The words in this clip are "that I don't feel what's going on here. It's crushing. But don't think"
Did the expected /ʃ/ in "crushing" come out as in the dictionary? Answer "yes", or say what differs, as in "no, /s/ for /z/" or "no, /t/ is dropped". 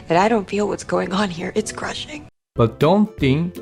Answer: yes